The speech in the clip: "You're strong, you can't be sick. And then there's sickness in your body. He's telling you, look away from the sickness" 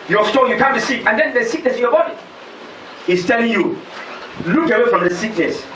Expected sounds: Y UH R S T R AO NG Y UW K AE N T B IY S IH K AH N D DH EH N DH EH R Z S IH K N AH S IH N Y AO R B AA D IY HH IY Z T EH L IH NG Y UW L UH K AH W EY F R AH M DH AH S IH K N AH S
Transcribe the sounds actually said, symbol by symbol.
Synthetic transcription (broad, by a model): Y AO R S T AO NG Y UW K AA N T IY S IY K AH N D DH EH N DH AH S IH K N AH S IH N Y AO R B AA D IY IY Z T EH L IH NG Y UW L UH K AH W EY F R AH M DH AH S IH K N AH S